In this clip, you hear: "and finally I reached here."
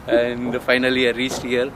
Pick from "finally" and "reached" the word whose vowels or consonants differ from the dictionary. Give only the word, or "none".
reached